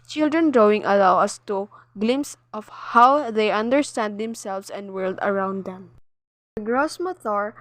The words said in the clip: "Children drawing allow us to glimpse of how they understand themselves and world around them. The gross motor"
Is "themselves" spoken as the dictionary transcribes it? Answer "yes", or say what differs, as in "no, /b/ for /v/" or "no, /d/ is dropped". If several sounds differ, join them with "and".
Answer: no, /s/ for /z/